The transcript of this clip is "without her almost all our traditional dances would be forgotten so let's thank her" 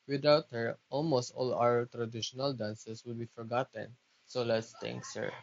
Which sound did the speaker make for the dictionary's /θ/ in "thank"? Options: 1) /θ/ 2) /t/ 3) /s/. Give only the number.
2